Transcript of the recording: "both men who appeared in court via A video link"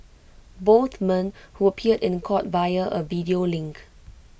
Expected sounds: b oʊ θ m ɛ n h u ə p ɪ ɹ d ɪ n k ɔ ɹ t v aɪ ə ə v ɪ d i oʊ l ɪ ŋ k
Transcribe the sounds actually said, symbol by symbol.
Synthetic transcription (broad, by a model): b oʊ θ m ɛ n h u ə p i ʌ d ɪ n k ɔ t b aɪ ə ə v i d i oʊ l ɪ ŋ k